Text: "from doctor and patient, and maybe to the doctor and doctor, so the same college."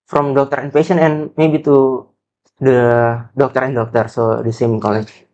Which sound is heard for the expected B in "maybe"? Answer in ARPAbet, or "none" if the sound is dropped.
B